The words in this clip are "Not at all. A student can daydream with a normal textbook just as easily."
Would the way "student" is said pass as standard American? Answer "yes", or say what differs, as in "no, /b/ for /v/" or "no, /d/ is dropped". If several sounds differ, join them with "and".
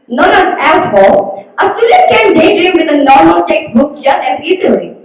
no, /n/ is dropped